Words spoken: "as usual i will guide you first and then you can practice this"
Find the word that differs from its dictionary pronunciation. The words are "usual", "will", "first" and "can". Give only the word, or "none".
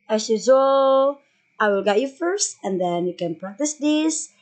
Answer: usual